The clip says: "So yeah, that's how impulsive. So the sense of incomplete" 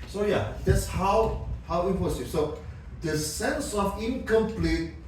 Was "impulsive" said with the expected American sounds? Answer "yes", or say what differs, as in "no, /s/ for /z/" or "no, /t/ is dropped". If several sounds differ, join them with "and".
no, /l/ is dropped